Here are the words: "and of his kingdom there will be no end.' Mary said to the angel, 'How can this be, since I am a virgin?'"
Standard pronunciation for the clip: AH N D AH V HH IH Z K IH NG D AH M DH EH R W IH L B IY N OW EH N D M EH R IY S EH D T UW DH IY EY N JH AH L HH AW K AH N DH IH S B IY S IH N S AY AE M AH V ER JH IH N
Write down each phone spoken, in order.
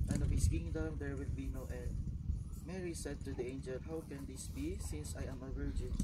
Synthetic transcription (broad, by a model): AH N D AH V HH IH S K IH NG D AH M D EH R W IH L B IY N OW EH D M EH R IY S EH D T UW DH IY EY N JH AH L HH AW K AH N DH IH S B IY S IH N S AY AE M AH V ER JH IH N